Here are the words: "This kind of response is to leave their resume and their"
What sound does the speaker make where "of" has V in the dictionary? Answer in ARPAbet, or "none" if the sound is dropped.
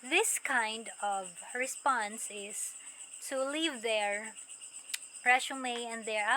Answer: V